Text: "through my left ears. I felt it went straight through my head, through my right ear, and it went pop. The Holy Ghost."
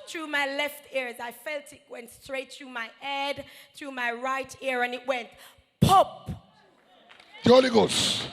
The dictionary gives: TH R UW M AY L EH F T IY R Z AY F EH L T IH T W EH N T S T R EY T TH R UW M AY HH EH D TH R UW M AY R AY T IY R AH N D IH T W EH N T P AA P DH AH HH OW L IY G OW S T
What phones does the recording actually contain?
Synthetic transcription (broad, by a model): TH R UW M AY L EH F T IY R Z AY F EH L T IH T W EH N T S T R EY T TH R UW M AY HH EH D TH R UW M AY R AY T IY R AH N IH T W EH N T P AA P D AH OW L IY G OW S